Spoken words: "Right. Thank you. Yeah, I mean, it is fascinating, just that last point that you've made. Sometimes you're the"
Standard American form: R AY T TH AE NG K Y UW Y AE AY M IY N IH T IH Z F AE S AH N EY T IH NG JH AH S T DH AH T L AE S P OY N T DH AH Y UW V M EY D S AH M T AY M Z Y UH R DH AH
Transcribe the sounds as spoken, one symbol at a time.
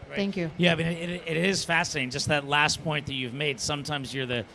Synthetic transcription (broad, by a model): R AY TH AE NG K Y UW Y AE AY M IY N IH T IH Z F AE S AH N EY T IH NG JH AH S T DH AH T L AE S P OY N DH AH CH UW V M EY D S AH M T AY M Z Y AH R DH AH